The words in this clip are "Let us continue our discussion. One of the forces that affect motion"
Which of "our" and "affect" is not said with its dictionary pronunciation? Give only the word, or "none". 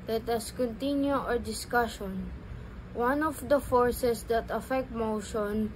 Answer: none